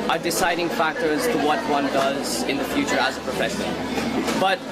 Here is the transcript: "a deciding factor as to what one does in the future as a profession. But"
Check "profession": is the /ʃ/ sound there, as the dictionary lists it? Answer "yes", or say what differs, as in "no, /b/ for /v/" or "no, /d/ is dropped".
no, /s/ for /ʃ/